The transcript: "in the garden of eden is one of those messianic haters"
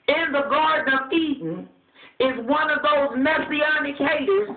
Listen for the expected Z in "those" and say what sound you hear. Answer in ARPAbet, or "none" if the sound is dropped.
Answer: Z